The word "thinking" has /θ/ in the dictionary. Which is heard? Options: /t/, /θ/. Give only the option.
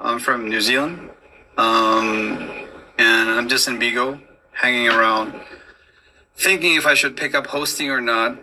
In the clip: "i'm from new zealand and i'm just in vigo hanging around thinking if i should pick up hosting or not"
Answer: /θ/